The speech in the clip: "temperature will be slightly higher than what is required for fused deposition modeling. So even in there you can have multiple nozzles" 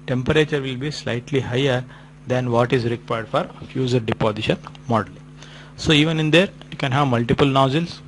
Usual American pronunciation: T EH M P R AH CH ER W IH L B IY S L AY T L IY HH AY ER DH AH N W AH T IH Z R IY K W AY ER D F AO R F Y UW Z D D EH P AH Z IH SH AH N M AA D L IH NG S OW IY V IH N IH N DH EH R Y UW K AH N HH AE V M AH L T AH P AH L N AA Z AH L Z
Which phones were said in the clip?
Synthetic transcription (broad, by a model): T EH M P R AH CH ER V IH L B IY S L AY T L IY HH AY ER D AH N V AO T IH Z R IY K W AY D F AO R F Y UW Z D D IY P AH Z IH SH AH N M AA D IH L S OW IY V IH N IH N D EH R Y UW K AH N HH AE V M AH L T AH P AH L N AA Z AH L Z